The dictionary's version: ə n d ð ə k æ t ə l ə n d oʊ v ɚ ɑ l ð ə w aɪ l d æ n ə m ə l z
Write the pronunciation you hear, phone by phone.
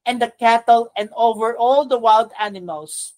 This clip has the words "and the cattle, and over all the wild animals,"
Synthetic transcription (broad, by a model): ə n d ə k æ t ə l ə n d oʊ v ɚ ɑ l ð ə w aɪ l d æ n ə m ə l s